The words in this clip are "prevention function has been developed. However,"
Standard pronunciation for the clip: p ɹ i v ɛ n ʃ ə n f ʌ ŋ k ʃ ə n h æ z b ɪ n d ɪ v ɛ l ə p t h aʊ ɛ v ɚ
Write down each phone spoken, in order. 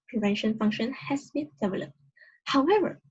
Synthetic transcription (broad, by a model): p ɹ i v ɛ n ʃ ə n f ʌ ŋ k ʃ ə n h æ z b ɪ n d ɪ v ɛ l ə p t h aʊ ɛ v ɚ